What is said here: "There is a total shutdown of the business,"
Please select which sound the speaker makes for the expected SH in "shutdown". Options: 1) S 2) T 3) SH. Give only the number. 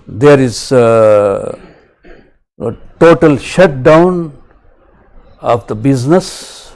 3